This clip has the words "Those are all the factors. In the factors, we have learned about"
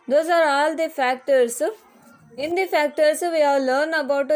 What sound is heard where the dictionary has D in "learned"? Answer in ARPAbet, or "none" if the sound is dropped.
none